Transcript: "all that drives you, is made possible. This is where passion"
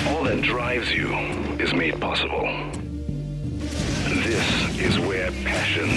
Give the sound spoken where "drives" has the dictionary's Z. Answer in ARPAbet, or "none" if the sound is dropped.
Z